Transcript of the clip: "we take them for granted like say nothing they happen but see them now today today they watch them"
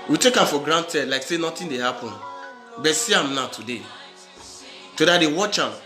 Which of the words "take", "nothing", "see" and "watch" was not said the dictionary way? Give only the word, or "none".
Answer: nothing